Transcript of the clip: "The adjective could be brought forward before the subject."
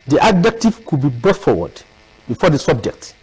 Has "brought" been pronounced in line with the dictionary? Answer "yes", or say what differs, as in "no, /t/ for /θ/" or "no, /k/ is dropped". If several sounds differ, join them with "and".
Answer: no, /ɹ/ is dropped